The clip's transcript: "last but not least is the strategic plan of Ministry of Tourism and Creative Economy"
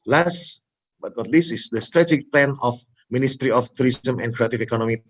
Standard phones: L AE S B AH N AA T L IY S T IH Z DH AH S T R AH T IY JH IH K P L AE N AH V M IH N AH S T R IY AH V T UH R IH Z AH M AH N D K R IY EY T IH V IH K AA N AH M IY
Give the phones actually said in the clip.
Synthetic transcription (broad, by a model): L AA S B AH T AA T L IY S IH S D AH S T R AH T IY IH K P L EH N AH F M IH N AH S T R IY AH F T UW R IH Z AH M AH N K R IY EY T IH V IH K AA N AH M IY